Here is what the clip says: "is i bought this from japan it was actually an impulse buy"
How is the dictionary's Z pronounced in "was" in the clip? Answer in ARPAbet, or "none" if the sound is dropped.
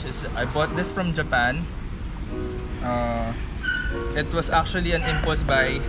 S